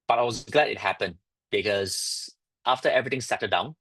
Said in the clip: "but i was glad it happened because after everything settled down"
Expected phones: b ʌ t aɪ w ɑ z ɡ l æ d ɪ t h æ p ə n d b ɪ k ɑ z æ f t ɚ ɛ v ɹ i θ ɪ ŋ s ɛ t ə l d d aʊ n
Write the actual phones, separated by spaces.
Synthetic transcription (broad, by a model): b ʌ t aɪ w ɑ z ɡ l æ d ɪ t h æ p ə n d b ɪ k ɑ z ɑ f t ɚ ɛ v ɹ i t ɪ ŋ s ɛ t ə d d aʊ n